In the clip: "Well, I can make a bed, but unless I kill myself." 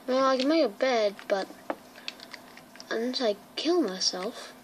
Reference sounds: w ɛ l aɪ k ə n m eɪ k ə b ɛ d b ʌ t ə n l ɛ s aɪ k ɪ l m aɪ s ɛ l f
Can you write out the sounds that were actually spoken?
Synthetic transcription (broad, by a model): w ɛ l aɪ k ə n m eɪ k ə b ɛ d b ʌ t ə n ɪ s aɪ k ɪ l m aɪ s ɛ l f